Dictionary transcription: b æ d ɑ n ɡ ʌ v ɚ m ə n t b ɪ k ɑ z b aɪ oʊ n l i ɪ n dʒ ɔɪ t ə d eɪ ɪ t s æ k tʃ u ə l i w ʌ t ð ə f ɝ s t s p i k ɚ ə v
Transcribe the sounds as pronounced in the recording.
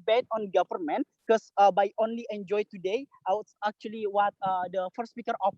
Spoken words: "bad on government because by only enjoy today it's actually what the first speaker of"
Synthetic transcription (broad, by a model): b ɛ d ɑ n ɡ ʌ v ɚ m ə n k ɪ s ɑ b aɪ oʊ n l i ɪ n dʒ ɔɪ t ə d eɪ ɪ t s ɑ k tʃ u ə l i w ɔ t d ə f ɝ t s p i k ɚ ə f